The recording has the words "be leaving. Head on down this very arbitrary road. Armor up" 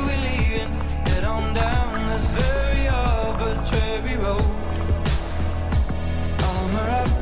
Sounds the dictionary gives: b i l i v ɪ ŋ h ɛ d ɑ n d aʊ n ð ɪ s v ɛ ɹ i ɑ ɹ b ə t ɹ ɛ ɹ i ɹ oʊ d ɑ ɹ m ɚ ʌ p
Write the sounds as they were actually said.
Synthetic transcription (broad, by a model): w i l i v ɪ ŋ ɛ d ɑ n d aʊ n ð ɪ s v ɛ ɹ i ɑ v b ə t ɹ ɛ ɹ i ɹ oʊ ɑ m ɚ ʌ